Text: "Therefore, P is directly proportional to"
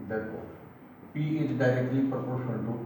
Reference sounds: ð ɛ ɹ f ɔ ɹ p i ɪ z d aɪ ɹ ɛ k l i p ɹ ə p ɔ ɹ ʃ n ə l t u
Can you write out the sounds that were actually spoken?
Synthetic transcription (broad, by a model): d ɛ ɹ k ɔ p i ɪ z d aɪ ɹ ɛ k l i p ɹ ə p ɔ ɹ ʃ ə n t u